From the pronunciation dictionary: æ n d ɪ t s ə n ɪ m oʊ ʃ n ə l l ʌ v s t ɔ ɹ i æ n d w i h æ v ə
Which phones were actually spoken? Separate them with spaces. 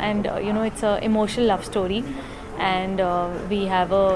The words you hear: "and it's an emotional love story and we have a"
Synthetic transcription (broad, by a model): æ n d ɪ t s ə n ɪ m oʊ ʃ ə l l ʌ v s t ɔ ɹ i æ n d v i h æ v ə